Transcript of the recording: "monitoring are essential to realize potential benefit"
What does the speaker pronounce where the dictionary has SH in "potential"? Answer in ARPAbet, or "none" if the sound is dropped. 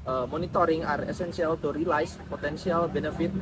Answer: S